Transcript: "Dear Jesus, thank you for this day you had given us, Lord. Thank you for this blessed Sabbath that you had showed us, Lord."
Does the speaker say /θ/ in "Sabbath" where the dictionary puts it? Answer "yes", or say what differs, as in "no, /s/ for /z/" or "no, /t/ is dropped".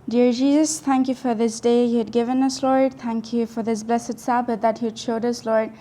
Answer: no, /t/ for /θ/